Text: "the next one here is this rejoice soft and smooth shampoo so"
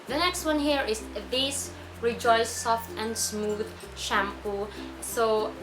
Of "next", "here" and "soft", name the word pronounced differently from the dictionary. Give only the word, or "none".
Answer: none